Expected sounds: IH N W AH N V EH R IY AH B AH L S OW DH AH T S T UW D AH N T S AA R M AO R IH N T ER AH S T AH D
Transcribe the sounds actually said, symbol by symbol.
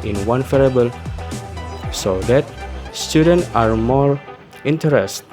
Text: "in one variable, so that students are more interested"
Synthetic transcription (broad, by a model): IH N W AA N F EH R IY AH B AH L S OW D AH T S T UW D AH N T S AA R M AO R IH N T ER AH S T